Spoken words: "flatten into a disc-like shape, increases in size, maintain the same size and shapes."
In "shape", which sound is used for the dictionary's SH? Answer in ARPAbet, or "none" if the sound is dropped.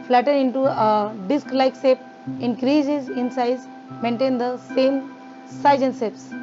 S